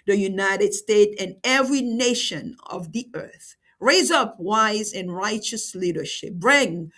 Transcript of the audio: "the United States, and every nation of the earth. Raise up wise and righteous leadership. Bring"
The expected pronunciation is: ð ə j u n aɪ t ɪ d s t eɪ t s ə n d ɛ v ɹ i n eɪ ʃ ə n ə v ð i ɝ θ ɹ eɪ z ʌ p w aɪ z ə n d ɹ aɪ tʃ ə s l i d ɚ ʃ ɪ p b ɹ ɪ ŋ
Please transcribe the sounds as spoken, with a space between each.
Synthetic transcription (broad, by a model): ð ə j u n aɪ t ɪ d s t eɪ t ə n ɛ v ɹ i n eɪ ʃ ə n ə v ð i ɝ θ ɹ eɪ z ʌ p w aɪ z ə n ɹ aɪ tʃ ə s l i d ɚ ʃ ɪ p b ɹ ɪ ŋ